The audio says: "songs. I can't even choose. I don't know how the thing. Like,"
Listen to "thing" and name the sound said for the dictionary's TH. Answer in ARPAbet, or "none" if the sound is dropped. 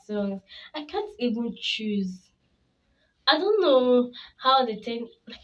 T